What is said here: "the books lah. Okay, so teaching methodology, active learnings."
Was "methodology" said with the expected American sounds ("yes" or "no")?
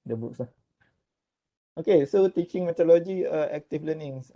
no